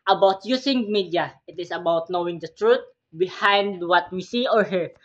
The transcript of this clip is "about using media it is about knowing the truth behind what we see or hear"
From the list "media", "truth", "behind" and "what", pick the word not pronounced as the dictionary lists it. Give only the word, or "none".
truth